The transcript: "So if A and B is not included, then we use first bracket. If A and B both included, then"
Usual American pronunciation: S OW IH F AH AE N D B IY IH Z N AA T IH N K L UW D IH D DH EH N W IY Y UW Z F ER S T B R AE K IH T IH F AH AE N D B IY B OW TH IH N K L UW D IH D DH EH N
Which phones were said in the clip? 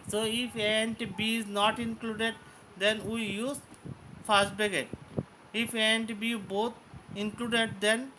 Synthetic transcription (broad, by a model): S OW IH F AH N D B IY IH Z N AA T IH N K L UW D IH D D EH N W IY Y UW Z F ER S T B EH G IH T IH F AH N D B IY B OW T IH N K L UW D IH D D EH N